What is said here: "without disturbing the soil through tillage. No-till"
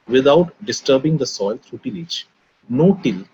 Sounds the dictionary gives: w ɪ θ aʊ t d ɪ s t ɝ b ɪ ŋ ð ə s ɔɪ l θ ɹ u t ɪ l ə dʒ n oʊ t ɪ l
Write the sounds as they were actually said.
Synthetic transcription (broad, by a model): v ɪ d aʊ t d ɪ s t ɝ b ɪ ŋ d ə s ɔɪ l t ɹ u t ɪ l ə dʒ n oʊ t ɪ l